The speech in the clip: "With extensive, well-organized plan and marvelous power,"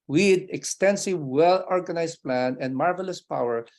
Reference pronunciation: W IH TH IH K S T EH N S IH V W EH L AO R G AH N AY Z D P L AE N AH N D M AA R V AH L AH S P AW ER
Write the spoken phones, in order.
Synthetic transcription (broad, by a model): W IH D IH K S T EH N S IH V W EH L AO R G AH N AY S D P L AE N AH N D M AA R V AH L AH S P AW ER